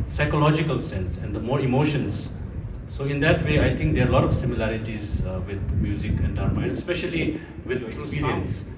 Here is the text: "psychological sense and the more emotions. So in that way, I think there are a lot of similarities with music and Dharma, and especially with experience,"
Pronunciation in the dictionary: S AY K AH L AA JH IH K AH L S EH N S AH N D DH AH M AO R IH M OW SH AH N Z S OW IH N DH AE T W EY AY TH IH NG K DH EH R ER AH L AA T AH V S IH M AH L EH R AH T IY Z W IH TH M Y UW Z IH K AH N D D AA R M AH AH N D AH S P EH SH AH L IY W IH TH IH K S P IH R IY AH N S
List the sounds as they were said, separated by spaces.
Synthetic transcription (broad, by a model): S AY K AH L AA JH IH K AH L S EH N S AH N D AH M AO R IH M OW SH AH N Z S OW IH N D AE T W EY AY T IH NG K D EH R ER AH L AA T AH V S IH M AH L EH R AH T IY Z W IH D M Y UW Z IH K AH N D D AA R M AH AH N D AH S P EH SH AH L IY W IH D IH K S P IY R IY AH N S